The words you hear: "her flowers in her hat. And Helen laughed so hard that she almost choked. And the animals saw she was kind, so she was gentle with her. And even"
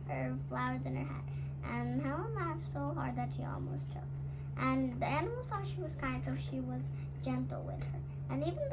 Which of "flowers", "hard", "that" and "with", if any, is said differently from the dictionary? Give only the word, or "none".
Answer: none